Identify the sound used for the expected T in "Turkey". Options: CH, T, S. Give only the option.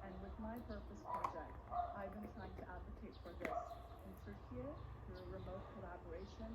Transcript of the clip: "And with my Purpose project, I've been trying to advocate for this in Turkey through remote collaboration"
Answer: S